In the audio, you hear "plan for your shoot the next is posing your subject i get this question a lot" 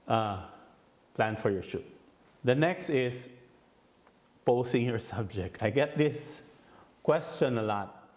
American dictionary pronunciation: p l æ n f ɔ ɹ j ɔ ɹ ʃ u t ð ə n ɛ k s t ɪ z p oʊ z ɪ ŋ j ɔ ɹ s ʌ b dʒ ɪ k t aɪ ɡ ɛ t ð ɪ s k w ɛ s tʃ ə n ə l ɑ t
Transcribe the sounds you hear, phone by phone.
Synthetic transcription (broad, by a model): p l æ n f ɔ ɹ j ɔ ɹ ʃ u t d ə n ɛ k s t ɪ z p oʊ s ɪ ŋ j ɔ ɹ s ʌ b dʒ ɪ k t aɪ ɡ ɛ t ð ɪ s k w ɛ s tʃ ə n ə l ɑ t